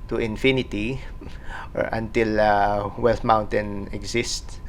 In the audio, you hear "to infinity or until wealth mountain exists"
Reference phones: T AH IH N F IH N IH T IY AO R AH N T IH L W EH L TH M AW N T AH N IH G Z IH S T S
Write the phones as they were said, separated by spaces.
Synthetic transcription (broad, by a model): T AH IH N F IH N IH T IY AO R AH N T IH L W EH L T M AW N T AH N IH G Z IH S T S